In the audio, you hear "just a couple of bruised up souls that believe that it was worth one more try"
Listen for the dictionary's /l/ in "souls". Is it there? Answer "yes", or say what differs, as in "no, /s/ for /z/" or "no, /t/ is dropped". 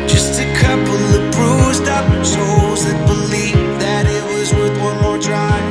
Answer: no, /l/ is dropped